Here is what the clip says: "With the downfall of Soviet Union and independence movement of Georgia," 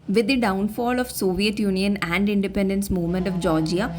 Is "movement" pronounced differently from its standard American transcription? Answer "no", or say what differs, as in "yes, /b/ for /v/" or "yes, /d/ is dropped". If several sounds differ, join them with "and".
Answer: no